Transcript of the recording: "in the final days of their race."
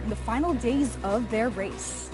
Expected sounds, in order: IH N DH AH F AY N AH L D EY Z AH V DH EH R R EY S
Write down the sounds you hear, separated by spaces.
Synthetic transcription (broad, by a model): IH N DH AH F AY N L D EY Z AH V DH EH R R EY S